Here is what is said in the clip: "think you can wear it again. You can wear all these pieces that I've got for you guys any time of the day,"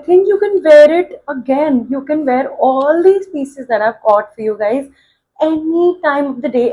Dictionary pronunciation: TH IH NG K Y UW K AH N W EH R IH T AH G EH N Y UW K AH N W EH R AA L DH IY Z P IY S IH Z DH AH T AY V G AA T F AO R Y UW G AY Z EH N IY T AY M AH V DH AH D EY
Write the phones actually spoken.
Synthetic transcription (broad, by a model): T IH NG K Y UW K AH N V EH R IH T AH G EH N Y UW K AH N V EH R AA L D IY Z P IY S IH Z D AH T AY V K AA T F AO R Y UW G AY Z EH N IY T AY M AH V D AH D EY